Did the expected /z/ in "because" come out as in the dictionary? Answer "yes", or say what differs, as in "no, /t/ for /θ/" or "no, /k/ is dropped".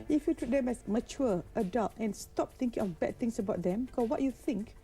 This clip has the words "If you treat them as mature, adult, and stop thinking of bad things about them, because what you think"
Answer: no, /z/ is dropped